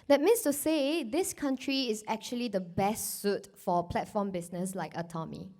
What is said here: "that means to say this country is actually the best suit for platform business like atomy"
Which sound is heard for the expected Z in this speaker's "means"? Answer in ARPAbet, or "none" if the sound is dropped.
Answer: S